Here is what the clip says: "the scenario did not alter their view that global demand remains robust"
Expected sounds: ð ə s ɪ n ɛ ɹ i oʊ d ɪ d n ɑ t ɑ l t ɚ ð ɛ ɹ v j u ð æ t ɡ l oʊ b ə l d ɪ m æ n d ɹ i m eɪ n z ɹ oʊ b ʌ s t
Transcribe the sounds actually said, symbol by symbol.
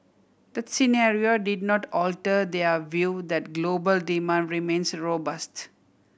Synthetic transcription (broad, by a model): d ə s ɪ n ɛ ɹ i oʊ d ɪ d n ɑ t ɑ l t ɚ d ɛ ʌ v j u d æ t ɡ l oʊ b ə l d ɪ m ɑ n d ɹ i m eɪ n s ɹ oʊ b ʌ s t